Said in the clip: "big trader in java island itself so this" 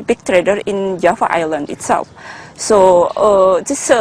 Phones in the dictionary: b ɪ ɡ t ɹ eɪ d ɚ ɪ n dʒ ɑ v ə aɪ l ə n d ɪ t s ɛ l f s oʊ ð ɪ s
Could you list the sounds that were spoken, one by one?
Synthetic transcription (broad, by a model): b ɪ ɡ t ɹ eɪ d ɚ ɪ n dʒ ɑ f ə aɪ l ə n d ɪ t s ɛ l f s oʊ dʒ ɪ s